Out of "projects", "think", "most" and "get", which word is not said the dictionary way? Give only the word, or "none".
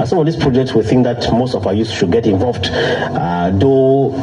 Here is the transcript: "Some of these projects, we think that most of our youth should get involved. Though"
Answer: none